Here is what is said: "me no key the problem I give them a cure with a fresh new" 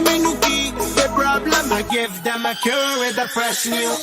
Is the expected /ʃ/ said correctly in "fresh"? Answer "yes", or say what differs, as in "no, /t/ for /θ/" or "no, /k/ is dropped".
no, /s/ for /ʃ/